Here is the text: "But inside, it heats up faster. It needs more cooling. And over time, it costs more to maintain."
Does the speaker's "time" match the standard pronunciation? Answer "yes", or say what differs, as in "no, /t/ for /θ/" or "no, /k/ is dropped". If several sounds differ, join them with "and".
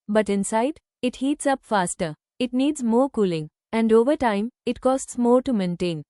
yes